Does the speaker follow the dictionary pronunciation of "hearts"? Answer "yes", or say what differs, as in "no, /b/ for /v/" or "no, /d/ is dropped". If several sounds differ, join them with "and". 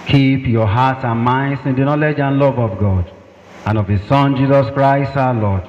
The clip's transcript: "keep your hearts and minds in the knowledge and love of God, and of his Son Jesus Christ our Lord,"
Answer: no, /s/ is dropped